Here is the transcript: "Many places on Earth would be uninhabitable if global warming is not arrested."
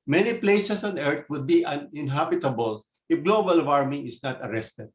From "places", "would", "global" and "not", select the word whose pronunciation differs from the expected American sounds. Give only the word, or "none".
places